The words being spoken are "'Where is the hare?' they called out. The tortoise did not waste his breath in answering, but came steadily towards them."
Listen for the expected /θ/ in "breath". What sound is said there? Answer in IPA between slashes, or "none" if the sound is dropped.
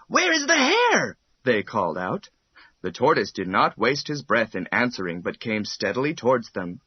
/θ/